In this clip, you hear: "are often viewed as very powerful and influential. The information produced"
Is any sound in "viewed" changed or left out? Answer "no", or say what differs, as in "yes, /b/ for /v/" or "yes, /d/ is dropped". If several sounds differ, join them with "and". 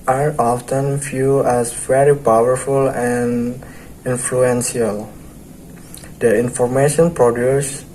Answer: yes, /f/ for /v/ and /d/ is dropped